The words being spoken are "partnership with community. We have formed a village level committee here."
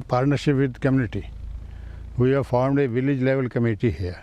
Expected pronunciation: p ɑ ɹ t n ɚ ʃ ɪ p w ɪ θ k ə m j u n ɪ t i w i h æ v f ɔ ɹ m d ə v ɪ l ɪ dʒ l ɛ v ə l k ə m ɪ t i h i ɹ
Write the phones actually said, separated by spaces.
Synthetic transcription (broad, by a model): p ɑ ɹ t n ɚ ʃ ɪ p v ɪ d k ə m j u n ɪ t i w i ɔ f ɔ ɹ m d ə v ɪ l ɪ dʒ l ɛ v ə l k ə m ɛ t i h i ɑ